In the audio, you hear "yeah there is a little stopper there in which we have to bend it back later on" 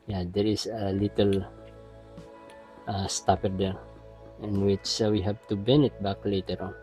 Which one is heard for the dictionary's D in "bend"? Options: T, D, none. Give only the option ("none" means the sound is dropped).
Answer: none